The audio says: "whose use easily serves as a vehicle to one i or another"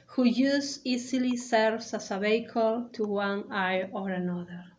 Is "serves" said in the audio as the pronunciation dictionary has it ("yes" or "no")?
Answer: no